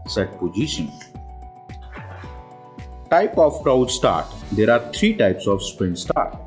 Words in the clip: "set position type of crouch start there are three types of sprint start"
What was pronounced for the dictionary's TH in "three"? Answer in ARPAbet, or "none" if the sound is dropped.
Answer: T